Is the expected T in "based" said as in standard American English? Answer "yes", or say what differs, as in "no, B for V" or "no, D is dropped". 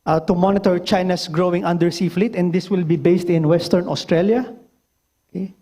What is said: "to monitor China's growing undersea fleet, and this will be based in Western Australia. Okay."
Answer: yes